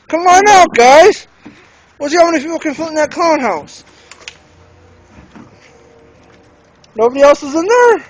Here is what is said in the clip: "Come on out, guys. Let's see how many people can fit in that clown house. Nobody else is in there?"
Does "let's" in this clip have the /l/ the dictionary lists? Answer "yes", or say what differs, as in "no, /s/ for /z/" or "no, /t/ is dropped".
no, /w/ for /l/